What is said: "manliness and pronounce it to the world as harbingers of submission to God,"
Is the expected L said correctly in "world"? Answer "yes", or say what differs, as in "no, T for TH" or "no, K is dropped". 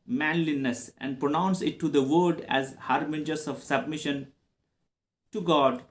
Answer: no, L is dropped